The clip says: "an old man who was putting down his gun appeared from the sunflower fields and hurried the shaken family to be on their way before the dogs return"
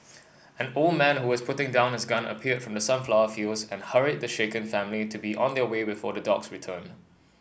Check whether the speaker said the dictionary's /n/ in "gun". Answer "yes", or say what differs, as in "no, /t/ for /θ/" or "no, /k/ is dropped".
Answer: yes